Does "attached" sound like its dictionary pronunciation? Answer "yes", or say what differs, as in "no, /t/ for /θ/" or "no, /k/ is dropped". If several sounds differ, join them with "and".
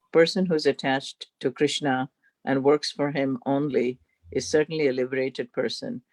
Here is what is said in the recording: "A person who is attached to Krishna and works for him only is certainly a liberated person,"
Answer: yes